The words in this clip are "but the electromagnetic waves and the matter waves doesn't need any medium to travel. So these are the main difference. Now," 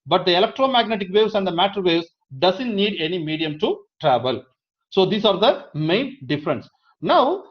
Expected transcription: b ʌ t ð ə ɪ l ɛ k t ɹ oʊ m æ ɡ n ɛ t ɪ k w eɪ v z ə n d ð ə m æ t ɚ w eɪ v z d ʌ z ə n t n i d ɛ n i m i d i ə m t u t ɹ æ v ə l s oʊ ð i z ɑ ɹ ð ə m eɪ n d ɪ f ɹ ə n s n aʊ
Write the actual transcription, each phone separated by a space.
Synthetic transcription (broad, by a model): b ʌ t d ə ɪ l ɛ k t ɹ oʊ m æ ɡ n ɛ t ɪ k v eɪ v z ə n d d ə m æ t ɚ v eɪ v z d ʌ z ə n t n i d ɛ n i m i d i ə m t u t ɹ æ v ə l s oʊ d i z ɑ ɹ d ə m eɪ n d ɪ f ɹ ə n s n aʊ